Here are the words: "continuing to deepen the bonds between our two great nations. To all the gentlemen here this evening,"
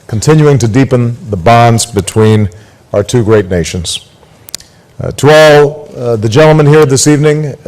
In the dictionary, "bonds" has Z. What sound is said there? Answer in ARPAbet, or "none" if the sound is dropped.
Z